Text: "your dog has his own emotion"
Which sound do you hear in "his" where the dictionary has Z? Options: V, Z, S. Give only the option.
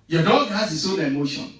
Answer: S